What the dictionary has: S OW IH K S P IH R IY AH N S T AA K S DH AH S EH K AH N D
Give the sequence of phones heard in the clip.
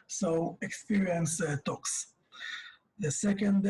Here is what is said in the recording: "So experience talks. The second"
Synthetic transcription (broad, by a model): S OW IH K S P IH R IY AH N S T AA K S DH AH S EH K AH N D